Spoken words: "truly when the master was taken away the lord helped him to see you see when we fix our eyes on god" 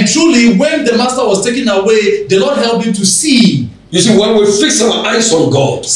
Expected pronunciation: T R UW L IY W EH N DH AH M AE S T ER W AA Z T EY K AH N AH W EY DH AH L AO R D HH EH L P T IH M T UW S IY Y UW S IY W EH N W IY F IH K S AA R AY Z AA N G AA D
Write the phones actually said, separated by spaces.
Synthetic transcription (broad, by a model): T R UW L IY W EH N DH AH M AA S T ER W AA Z T EY K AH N AH W EY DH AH L AO D HH EH L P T IH M T UW S IY Y UW S IY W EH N W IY F IH K S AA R AY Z AA N G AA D